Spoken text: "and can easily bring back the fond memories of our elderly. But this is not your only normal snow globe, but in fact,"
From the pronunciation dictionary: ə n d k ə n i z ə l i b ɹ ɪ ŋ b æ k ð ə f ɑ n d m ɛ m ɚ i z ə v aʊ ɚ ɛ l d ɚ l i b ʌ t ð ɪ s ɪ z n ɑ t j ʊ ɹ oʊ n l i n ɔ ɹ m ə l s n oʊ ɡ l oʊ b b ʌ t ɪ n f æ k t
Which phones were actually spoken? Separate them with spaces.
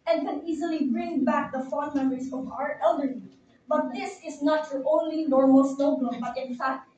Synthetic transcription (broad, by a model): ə n k ə n i z ə l i b ɹ ɪ ŋ b æ k ð ə f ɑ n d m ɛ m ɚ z ə v aʊ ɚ ɛ l d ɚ i b ʌ t ð ɪ s ɪ z n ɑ t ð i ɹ oʊ n l i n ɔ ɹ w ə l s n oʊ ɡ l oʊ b b ʌ t ɪ n f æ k t